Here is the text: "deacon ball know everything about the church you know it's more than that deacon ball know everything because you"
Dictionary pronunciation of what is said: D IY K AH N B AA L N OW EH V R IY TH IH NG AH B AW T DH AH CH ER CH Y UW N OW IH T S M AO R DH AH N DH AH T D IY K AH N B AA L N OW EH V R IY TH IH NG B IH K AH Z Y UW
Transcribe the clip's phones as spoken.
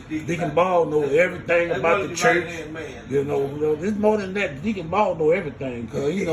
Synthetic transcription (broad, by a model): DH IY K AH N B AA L N OW EH V R IY TH IH NG AH B AW T DH AH CH ER CH Y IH N OW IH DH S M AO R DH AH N DH AH T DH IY K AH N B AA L N OW EH V R IY TH IH NG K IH AH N